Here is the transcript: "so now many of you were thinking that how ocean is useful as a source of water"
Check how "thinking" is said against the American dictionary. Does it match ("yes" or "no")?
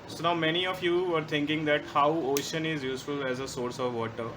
no